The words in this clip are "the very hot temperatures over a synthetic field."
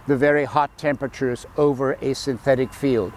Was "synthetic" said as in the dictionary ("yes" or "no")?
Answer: yes